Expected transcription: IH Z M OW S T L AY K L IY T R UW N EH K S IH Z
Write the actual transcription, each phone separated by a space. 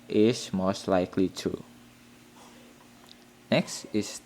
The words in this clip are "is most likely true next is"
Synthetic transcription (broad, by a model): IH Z M OW S T L AY K L IY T UW N EH K S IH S